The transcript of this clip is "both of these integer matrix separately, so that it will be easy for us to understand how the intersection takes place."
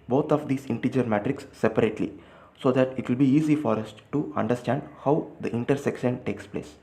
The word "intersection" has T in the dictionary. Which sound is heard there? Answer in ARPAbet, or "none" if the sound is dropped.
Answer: T